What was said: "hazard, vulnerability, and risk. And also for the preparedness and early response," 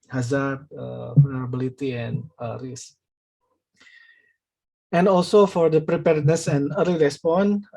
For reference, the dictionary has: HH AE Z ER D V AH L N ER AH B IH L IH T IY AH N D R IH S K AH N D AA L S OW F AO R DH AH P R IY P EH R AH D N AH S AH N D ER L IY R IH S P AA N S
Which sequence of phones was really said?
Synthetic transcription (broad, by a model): HH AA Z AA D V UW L N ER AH B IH L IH T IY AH N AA R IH S AH N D AA L S OW F AO R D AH P R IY P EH R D N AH S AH N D ER L IY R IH S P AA N